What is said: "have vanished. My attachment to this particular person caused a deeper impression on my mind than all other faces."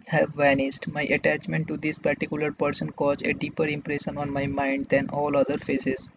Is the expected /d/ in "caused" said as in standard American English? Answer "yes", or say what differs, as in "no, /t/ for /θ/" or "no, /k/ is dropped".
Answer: no, /d/ is dropped